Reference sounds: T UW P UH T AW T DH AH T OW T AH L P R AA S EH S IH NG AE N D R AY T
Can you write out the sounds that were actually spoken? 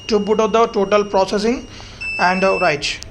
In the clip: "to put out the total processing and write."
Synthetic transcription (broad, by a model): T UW B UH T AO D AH T OW T AH L P R AA S EH S IH NG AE N D R AY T